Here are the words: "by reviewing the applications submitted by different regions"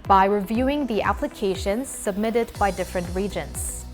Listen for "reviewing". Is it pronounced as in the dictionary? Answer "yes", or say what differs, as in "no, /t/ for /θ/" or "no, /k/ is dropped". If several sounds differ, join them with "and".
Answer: yes